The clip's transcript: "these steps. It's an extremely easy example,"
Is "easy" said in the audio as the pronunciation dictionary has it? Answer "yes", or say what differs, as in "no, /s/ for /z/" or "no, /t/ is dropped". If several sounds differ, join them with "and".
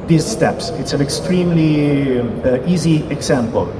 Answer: yes